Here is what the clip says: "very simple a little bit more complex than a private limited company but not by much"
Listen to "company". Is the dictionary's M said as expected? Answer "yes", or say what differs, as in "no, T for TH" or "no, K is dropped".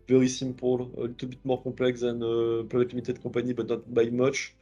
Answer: no, M is dropped